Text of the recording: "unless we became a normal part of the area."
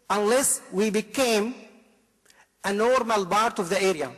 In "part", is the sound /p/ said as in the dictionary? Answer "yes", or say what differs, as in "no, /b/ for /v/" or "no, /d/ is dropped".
no, /b/ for /p/